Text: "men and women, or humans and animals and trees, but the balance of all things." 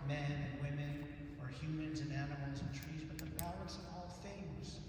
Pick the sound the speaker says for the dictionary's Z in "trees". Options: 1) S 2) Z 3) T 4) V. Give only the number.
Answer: 2